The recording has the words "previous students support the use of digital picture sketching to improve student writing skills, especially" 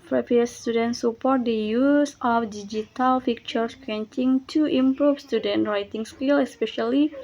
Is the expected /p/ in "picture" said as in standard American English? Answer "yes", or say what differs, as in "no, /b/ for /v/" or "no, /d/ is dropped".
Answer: no, /f/ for /p/